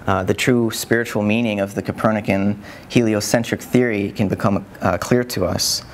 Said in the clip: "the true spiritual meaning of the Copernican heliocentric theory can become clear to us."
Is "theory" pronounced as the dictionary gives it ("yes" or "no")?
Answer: yes